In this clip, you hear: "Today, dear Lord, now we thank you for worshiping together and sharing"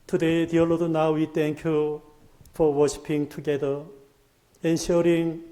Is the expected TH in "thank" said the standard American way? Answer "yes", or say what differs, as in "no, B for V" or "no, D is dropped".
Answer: no, T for TH